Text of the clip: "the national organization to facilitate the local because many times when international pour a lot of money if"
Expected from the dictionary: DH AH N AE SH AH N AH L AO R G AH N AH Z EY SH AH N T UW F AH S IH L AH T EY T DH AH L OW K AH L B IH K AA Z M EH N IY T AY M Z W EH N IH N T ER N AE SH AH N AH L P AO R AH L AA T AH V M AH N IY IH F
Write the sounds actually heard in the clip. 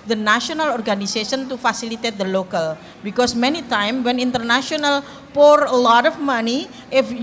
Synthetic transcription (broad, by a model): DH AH N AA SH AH N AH L AO R G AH N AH S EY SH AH N T UW F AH S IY L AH T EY T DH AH L OW K AH L B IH K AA S M EH N IY T AY M W EH N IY N T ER N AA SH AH N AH L P AO R AH L AA T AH F M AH N IY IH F